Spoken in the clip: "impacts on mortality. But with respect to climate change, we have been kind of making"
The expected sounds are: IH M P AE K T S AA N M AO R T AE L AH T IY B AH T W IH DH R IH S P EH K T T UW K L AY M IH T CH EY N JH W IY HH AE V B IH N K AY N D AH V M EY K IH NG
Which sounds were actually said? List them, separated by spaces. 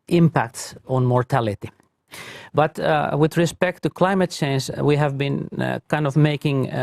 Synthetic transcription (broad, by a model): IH M P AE K T S AA N M AO R T AE L AH T IY B AH T W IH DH R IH S P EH K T T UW K L AY M IH T CH EY N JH W IY HH AE V B IH N K AY N D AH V M EY K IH NG